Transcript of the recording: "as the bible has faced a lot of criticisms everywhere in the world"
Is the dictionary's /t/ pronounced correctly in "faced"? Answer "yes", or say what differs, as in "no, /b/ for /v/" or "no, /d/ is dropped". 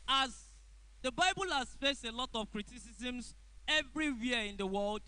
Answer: yes